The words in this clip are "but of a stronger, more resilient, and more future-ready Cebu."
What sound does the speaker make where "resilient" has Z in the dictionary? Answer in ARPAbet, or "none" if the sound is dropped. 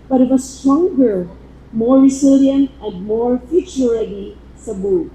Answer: S